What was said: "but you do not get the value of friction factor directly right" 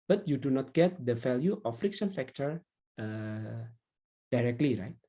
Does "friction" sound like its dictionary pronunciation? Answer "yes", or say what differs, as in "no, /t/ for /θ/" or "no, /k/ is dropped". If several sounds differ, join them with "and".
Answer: no, /s/ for /ʃ/